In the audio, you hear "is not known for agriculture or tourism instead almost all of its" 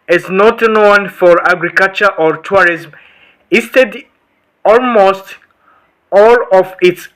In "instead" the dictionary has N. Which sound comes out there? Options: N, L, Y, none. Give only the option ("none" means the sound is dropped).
none